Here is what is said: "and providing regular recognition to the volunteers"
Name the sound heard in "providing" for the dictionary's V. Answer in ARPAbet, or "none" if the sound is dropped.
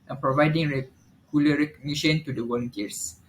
V